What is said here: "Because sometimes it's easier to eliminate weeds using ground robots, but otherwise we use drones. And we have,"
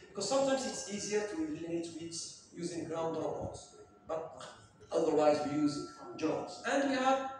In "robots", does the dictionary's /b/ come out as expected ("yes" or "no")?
no